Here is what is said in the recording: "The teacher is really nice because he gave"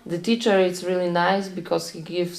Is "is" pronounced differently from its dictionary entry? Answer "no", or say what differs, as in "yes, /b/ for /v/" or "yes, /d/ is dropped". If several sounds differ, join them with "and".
yes, /s/ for /z/